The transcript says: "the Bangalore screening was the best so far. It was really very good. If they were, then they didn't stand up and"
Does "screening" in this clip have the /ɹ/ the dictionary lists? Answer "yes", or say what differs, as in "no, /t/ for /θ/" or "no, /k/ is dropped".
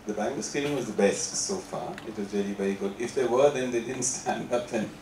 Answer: no, /ɹ/ is dropped